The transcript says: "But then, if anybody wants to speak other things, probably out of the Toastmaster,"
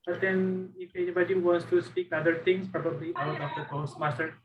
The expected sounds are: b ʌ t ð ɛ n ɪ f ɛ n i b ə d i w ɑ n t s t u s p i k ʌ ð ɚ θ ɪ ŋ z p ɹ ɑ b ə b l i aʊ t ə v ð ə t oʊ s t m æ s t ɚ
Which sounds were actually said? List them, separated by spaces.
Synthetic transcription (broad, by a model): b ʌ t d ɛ n ɪ f ɛ n i b ə d i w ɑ n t s t u s p i k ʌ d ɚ t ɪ ŋ s p ɹ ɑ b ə b l i aʊ t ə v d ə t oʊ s m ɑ s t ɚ